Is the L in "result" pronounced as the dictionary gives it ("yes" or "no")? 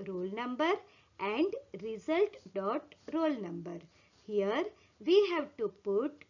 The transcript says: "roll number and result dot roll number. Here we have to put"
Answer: yes